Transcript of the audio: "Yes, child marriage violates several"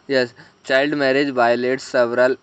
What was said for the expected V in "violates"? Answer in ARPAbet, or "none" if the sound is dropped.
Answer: B